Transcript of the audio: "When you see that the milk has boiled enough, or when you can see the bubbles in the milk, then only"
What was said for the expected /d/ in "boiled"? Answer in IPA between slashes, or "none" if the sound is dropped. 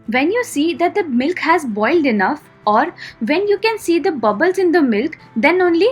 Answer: /d/